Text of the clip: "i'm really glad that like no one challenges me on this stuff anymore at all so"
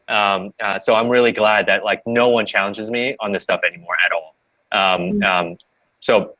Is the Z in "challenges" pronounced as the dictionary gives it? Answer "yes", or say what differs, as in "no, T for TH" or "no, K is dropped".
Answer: yes